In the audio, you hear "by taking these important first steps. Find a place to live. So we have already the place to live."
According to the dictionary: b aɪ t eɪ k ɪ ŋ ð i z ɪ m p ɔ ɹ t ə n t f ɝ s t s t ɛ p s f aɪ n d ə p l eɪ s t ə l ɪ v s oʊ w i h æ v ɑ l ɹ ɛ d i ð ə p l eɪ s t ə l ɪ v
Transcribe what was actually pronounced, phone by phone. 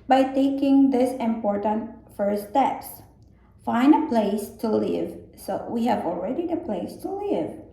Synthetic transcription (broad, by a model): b aɪ t eɪ k ɪ ŋ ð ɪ s ɪ m p ɔ ɹ t ə n t f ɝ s s t ɛ p s f aɪ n ə p l eɪ s t ə l ɪ v s oʊ w i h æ v ɑ l ɹ ɛ d i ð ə p l eɪ s t ə l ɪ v